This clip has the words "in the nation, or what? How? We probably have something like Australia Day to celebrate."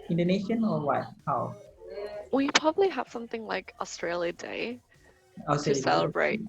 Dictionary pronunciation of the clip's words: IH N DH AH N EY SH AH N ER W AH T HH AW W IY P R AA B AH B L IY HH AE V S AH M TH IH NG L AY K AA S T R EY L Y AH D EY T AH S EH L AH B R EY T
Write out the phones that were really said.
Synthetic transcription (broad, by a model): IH N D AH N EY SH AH N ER W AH T HH AW W IY P R AA B AH B L IY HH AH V S AH M TH IH NG L AY K AA S T R EY L Y AH D EY S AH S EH L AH B R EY T